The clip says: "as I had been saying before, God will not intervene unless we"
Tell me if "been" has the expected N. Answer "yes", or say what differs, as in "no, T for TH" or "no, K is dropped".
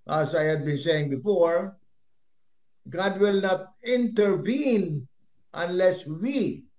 yes